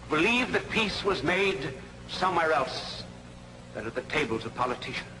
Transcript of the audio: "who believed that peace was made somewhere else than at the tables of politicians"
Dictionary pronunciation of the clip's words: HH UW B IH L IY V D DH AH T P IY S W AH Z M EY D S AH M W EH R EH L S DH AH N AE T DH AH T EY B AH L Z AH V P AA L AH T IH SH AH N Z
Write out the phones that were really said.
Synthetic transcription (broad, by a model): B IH L IY V DH AH T P IY S W AH Z M EY D S AH M W EH R EH L S DH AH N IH T DH AH T EY B AH L Z AH V P AA L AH T IH SH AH N